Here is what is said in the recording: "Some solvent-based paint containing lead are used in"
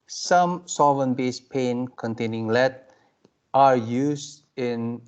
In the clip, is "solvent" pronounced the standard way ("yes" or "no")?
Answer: no